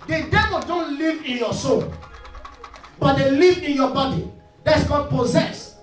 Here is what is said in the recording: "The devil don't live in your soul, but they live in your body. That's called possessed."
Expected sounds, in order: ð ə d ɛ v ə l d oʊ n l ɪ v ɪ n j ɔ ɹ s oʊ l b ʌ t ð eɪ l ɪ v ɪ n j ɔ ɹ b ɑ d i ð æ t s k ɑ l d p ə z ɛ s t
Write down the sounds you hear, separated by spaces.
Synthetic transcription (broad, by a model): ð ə d ɛ v ə l d oʊ n l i v ɪ n j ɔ s oʊ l b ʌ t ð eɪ l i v ɪ n j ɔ b ɑ d i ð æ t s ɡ ɑ d p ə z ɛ s